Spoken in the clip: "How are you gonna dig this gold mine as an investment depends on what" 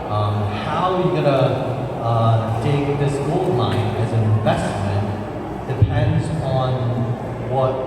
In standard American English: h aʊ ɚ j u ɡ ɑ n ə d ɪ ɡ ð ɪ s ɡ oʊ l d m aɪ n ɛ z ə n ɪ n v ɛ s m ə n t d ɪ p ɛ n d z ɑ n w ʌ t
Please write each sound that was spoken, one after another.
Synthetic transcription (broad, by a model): h aʊ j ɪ ɡ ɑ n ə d ɪ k ð ɪ s ɡ oʊ l d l aɪ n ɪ z ə n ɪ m v ɛ s m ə n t d ɪ p ɛ n d z n w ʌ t